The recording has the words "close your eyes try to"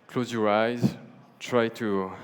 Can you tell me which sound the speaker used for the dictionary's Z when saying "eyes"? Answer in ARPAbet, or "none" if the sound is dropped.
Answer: Z